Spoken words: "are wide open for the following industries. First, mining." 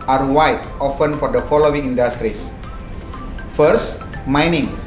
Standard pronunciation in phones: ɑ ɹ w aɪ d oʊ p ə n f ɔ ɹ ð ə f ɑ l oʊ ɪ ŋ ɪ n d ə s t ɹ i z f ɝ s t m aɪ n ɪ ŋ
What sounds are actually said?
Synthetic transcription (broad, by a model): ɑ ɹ w aɪ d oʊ f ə n f ɔ ɹ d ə f ɑ l oʊ ɪ ŋ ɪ n d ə s t ɹ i s f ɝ s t m aɪ n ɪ ŋ